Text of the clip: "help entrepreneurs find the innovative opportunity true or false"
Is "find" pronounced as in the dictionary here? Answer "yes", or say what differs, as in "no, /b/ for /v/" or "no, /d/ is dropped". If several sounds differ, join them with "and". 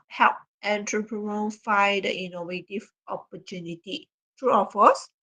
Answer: no, /n/ is dropped